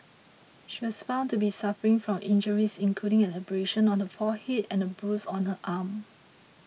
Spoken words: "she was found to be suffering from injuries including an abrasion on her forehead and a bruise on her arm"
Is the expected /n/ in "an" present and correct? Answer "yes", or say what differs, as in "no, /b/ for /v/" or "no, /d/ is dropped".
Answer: no, /l/ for /n/